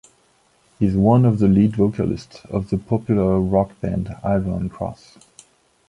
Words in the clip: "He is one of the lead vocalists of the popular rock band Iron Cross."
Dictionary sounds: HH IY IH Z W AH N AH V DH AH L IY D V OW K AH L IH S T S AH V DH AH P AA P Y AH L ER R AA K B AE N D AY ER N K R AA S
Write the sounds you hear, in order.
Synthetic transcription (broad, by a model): HH IY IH Z W AH N AH V DH AH L IY D V OW K AH L IH S T S AH V DH AH P AA P Y L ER R AA K B AE N D AY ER N K R AA S